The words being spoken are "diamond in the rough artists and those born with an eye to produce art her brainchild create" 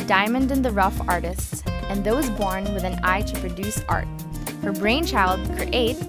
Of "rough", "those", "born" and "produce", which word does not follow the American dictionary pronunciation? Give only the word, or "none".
none